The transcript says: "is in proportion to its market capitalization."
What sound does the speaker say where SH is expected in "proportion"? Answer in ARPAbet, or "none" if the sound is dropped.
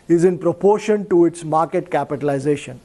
SH